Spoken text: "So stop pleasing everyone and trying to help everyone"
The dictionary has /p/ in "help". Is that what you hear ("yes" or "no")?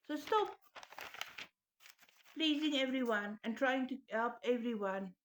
yes